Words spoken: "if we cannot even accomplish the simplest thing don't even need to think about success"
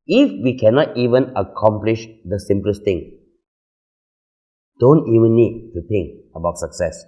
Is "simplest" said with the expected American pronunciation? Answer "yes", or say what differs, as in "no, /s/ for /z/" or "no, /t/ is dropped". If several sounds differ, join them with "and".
yes